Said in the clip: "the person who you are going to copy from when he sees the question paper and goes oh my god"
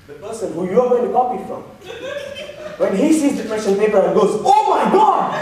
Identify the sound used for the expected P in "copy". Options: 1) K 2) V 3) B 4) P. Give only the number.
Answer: 4